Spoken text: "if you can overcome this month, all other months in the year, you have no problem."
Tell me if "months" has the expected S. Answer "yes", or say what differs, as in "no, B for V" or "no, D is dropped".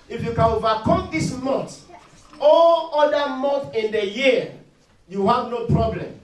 no, S is dropped